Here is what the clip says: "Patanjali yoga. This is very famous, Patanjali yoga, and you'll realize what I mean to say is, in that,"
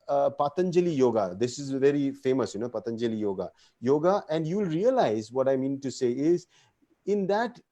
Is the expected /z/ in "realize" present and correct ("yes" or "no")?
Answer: yes